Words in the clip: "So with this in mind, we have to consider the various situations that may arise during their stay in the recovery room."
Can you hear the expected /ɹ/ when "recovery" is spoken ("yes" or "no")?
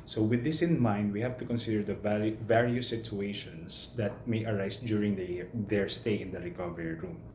yes